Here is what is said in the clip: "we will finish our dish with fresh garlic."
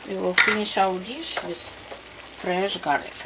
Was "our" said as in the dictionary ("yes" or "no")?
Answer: no